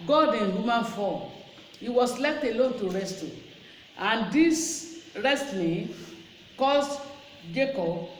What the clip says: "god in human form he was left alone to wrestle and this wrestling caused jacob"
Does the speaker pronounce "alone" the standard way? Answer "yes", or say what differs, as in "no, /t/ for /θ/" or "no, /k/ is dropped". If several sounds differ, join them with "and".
yes